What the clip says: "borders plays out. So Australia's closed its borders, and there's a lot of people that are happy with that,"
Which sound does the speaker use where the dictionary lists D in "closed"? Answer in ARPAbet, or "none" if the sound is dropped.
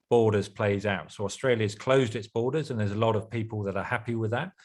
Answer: D